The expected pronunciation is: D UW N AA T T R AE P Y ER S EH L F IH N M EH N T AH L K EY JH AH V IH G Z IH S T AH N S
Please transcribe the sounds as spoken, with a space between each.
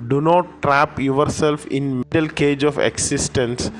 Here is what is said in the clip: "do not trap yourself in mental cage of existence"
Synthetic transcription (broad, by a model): D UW N AA T T R AE P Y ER S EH L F IH N M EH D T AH L K EY JH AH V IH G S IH S T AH N S